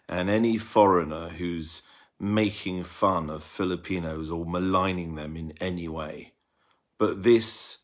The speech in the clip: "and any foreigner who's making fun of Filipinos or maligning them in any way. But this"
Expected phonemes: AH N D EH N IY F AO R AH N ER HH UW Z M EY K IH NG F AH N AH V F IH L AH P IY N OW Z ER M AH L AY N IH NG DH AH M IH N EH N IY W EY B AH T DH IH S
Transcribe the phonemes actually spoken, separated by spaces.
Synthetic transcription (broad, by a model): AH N EH N IY F AO R AH N ER HH UW Z M EY K IH NG F AH N AH V F IH L AH P IY N OW Z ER M AH L AY N IH NG DH AH M IH N EH N IY W EY B AH T DH IH S